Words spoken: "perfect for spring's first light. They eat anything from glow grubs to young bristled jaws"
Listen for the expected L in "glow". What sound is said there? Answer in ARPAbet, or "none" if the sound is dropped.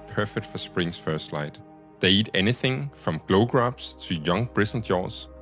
L